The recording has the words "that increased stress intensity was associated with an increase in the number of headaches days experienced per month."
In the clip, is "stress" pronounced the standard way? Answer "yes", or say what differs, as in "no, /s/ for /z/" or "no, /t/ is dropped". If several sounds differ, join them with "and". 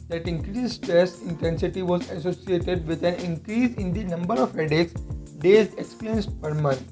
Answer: no, /ɹ/ is dropped